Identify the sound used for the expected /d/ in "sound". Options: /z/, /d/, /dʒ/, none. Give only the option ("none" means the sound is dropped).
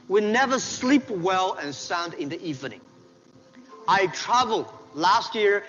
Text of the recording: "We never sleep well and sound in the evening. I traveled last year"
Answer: /d/